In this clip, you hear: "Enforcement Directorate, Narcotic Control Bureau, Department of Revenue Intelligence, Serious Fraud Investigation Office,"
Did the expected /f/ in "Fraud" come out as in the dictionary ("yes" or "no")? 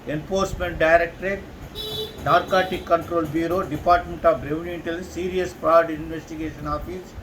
no